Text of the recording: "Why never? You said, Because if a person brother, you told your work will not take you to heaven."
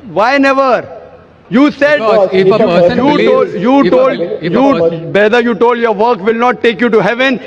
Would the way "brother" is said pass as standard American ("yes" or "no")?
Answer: no